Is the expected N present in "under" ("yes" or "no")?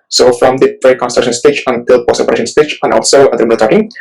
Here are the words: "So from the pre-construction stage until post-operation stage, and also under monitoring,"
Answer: no